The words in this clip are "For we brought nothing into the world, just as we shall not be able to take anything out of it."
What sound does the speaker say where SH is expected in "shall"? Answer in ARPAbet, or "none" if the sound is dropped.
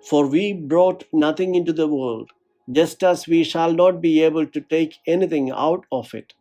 SH